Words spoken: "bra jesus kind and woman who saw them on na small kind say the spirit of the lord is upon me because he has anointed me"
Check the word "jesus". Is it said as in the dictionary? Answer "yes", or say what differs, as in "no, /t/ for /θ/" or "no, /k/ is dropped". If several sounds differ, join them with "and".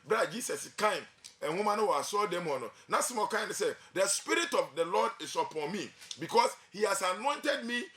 no, /s/ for /z/